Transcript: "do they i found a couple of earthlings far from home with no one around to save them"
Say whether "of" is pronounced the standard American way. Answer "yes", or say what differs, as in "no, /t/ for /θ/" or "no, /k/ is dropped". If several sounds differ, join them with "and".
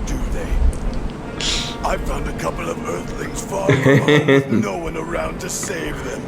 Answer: yes